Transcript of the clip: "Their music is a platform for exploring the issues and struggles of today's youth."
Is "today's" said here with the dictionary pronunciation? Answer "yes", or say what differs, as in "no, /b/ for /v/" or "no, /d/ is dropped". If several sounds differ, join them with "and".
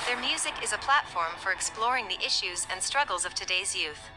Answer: yes